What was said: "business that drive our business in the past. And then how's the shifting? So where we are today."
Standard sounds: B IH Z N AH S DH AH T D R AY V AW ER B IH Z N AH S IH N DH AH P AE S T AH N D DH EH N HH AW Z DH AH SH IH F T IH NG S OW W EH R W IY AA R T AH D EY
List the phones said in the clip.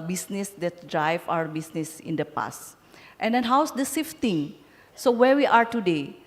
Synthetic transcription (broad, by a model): B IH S N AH S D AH T D R AY V AW ER B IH S N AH S IH N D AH P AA S T AH N D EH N HH AW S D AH S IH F T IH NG S OW W EH R W IY AA R T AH D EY